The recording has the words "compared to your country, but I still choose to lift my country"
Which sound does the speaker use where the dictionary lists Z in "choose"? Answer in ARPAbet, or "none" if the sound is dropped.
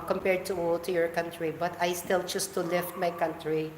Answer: S